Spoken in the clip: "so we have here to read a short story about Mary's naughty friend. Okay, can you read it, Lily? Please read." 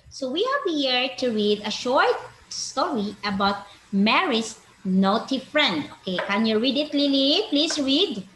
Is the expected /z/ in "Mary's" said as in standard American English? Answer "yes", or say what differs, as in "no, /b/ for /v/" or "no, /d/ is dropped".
no, /s/ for /z/